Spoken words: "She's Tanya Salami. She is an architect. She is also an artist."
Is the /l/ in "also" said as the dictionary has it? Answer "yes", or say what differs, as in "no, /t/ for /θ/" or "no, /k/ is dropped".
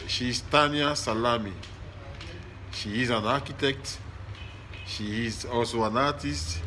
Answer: no, /l/ is dropped